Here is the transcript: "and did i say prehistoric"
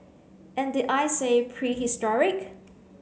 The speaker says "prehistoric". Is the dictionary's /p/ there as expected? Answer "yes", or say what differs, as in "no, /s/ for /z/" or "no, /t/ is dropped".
yes